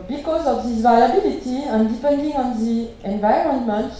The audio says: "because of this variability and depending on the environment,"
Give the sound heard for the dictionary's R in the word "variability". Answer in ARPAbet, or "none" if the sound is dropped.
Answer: L